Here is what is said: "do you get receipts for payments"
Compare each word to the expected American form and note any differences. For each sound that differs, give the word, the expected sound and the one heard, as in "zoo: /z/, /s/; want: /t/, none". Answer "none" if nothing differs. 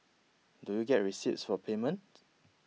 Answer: payments: /s/, none